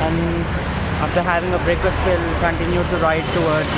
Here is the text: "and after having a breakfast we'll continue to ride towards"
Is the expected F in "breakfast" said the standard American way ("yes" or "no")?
no